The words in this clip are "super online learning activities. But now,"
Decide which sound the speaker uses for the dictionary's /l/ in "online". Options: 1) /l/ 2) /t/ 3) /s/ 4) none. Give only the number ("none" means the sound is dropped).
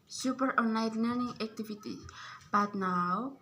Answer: 4